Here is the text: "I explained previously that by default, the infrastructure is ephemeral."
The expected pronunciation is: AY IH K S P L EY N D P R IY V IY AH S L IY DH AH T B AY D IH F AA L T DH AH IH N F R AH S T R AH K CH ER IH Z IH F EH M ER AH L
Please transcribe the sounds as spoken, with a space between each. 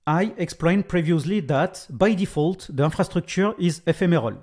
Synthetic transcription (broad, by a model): AY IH K S P L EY N P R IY V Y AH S L IY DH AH T B AY D IH F AA L T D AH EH F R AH S T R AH K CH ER IH Z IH F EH M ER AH L